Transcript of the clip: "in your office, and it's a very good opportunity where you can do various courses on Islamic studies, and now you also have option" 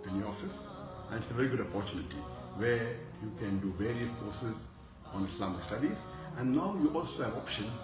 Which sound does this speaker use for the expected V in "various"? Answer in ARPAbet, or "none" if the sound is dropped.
V